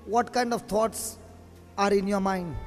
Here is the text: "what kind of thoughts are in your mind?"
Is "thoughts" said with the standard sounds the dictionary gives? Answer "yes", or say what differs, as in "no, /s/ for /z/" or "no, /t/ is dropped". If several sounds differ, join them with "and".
no, /t/ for /θ/